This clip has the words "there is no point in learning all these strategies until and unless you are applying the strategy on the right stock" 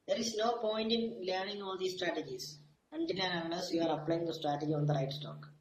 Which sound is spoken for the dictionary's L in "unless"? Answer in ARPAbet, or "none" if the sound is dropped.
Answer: none